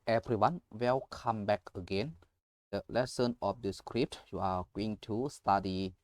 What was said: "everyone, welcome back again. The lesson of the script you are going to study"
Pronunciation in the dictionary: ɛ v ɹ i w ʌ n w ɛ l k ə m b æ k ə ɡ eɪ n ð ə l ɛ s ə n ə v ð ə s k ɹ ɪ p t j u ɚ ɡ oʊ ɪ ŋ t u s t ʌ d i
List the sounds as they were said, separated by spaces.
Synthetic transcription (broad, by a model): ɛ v ɹ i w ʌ n w ɛ l k ə m b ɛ k ə ɡ eɪ n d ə l ɛ s ə n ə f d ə s k ɹ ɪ p t j u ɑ ɡ oʊ ɪ ŋ t u s t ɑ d i